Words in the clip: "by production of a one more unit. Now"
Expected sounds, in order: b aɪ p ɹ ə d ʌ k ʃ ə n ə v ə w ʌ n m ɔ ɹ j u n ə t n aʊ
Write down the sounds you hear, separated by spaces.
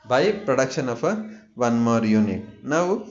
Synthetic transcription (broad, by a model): b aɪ p ɹ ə d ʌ k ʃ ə n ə p ə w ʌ n m ɔ ɹ j u n ə t n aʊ